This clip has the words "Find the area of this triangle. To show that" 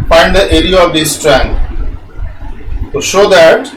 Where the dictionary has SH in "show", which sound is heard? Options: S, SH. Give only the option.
SH